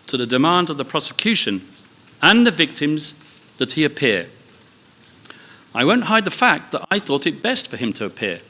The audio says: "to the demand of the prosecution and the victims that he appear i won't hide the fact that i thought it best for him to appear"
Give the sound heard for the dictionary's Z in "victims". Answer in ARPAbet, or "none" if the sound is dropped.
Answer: Z